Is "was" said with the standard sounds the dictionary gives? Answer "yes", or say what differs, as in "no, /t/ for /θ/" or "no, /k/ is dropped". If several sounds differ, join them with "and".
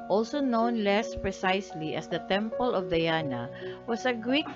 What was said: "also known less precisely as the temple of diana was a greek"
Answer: no, /s/ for /z/